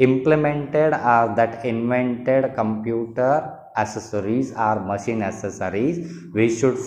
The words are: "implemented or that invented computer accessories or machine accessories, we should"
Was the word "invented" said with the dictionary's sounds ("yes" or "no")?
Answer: yes